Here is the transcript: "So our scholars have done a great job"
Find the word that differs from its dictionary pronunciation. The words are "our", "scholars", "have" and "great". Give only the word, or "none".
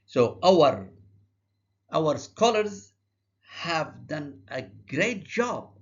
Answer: none